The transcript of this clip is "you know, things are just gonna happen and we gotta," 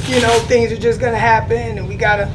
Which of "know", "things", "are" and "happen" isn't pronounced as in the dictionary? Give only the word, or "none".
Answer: none